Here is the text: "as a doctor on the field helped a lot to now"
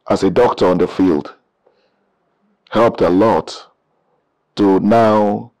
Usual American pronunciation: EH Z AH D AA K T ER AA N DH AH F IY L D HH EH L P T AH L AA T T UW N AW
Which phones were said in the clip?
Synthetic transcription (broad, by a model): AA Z AH D AA K T ER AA N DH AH F IY L D HH EH L P T AH L AA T T UW N AW